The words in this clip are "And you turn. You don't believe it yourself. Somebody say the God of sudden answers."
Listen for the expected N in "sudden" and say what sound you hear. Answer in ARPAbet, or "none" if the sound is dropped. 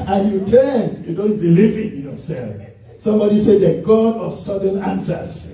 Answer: N